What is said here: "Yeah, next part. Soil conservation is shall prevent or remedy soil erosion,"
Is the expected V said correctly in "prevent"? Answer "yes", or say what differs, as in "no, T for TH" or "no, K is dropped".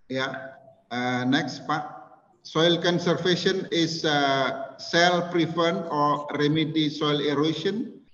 no, F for V